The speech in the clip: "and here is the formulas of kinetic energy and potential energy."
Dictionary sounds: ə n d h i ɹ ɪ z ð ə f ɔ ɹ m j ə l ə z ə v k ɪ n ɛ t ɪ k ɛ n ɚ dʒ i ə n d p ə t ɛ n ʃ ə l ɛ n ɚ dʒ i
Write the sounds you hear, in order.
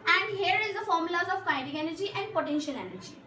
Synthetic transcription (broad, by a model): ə n d h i ɹ ɪ z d ə f ɔ ɹ m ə l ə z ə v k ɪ ɛ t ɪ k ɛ n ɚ dʒ i ə n d p ə t ɛ n ʃ ə l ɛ n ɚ dʒ i